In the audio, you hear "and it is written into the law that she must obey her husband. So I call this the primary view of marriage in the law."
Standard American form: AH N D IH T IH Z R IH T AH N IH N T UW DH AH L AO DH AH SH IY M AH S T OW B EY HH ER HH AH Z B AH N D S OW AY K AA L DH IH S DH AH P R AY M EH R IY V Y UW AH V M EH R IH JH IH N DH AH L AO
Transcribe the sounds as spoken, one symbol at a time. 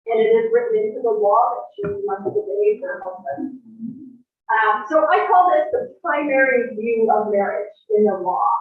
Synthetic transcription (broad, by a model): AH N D IH T IH Z R IH T N IH N T UW DH AH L AO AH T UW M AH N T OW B EY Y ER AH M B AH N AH S OW AY K AA L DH IH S DH AH P R AY M EH R IY V Y UW AH V M EH R IH JH IH N DH AH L AO